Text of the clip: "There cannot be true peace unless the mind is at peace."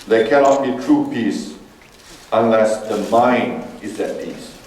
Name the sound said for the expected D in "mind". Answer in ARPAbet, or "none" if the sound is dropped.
none